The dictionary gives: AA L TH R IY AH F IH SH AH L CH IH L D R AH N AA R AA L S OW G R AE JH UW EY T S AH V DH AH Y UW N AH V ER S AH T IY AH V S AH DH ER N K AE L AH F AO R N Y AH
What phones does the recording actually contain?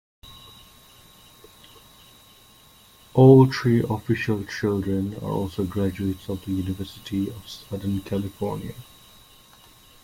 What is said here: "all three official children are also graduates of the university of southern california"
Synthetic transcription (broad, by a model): AA L T R IY AH F IH SH AH L CH IH L D R AH N AA R AA L S OW G R AE JH UW EY T S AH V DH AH Y UW N AH V ER S AH T IY AH V S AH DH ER N K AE L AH F AO R N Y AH